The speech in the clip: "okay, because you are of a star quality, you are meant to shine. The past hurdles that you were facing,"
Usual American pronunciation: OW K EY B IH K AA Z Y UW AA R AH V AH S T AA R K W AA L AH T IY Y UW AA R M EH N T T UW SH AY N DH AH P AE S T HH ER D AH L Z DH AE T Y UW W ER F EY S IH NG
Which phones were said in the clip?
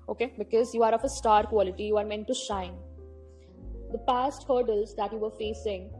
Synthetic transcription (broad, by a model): OW K EY B IH K AA Z Y UW AA R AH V AH S T AA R K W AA L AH T IY Y UW AA R M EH N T T UW SH AY N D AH P AE S T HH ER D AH L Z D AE T Y UW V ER F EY S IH NG